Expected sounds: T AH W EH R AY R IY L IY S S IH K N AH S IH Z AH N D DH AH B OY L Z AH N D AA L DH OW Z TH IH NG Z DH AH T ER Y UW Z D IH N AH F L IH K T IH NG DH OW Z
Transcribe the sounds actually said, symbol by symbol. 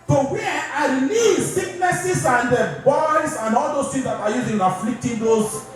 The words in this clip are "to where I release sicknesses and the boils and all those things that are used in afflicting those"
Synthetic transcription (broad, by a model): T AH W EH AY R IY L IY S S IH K N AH S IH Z AH N D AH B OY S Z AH N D AA L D OW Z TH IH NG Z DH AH T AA Y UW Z IH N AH F L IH K T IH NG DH OW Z